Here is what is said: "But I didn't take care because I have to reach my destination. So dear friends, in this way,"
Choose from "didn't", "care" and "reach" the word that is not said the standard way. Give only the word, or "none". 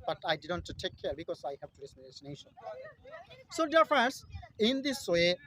reach